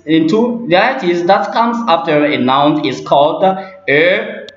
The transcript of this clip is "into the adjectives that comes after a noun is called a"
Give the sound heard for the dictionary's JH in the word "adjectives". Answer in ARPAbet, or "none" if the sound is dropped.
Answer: none